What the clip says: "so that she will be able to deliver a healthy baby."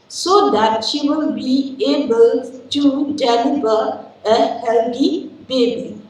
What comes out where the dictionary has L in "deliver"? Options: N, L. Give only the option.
N